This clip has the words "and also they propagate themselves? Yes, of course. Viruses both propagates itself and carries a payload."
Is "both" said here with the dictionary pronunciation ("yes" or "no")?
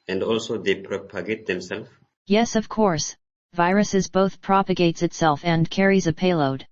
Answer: yes